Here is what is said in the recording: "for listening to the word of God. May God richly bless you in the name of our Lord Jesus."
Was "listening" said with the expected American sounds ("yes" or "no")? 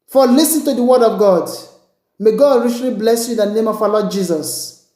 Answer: no